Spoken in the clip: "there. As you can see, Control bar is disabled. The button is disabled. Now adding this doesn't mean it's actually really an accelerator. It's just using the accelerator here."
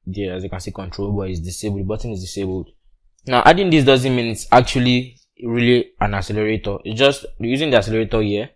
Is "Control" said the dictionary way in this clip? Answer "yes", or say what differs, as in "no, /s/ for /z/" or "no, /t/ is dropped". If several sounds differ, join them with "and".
yes